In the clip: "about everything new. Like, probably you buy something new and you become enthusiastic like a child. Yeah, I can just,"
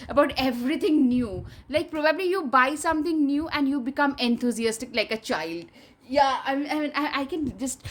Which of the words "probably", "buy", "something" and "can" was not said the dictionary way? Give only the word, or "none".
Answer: something